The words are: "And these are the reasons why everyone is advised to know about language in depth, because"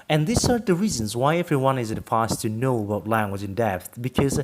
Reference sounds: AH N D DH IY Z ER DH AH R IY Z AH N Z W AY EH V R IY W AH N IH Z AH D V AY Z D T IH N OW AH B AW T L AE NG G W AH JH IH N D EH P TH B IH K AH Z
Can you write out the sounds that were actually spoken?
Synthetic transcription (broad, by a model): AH N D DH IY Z ER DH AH R IY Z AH N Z W AY EH V R IY W AH N IH Z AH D F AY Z T IH N OW AH B AW T L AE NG G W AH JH IH N D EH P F B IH K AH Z